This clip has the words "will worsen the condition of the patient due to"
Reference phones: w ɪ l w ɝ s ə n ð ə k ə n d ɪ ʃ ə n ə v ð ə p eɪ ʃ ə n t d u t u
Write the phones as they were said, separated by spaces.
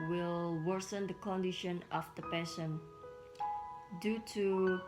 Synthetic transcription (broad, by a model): w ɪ l w ɝ s ə n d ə k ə n d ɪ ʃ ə n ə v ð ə p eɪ s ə n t d u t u